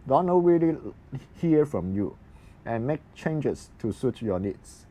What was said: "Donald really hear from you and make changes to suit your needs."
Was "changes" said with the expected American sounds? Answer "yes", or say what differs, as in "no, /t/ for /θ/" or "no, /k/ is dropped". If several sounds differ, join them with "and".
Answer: no, /s/ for /z/